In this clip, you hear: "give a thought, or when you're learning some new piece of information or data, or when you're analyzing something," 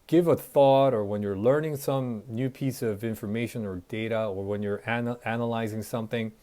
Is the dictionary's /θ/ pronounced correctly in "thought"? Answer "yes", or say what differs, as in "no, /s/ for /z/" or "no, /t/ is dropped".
yes